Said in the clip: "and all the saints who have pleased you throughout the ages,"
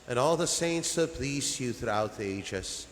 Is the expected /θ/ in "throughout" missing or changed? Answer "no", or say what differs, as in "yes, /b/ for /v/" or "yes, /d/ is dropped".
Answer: no